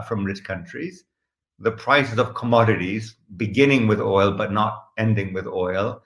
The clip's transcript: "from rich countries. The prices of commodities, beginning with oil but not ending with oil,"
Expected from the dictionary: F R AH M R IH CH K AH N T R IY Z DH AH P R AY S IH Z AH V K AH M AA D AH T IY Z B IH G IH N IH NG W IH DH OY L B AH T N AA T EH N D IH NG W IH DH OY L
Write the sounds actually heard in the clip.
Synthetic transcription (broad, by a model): F R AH M R IH CH K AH N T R IY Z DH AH P R AY S IH Z AH V K AH M AA D AH T IY Z B IH G IH N IH NG W IH DH OY L B AH T N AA T EH N D IH NG W IH DH OY L